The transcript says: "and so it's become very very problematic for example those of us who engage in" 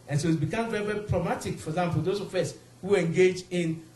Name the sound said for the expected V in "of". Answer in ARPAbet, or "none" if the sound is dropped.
F